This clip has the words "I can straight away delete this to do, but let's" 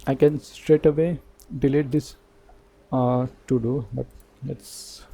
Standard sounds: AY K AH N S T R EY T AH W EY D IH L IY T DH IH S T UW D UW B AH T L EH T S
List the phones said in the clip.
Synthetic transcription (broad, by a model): AY K AH N S T R EY T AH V EY D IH L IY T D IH S T UW D UW B AH T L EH T S